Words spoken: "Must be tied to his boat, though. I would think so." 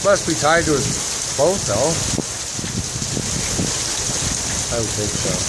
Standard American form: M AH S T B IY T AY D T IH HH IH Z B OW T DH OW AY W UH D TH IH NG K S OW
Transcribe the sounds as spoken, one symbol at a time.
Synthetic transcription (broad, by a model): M AH S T B IY T AY D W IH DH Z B OW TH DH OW AY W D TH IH K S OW